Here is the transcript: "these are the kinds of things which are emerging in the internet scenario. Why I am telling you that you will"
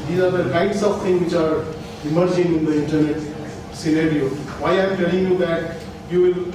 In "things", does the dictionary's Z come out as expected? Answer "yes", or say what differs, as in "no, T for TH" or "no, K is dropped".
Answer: no, Z is dropped